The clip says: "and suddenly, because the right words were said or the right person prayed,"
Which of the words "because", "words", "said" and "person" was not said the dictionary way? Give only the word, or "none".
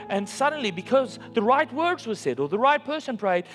none